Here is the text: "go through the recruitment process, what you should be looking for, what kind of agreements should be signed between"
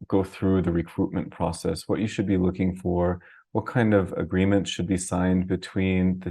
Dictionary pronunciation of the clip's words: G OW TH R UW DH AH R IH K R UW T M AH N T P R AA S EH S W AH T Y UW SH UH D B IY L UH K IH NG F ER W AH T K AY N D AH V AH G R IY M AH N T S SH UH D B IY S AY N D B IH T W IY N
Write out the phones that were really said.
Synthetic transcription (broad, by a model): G OW TH R UW DH AH R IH K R UW T M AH N P R AA S EH S W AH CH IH SH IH D B IY L UH K IH NG F ER W AH T K AY N D AH V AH G R IY M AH N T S SH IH D B IY S AY N B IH T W IY N